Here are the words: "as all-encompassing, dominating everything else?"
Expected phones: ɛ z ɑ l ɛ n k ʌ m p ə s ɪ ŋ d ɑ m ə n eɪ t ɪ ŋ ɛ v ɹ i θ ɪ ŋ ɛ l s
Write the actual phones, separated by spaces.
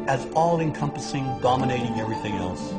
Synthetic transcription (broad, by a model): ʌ z ɑ l ɛ n k ʌ m p ə s ɪ ŋ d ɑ m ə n eɪ t ɪ ŋ ɛ v ɹ i θ ɪ ŋ ɛ l s